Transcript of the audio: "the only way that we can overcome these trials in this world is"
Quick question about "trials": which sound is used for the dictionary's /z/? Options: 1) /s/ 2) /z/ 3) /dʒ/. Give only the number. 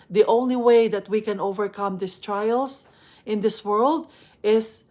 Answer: 1